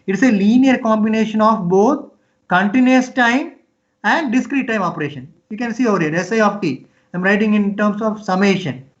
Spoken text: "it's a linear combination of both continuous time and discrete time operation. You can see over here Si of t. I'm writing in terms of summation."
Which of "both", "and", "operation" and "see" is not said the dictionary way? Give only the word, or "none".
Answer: both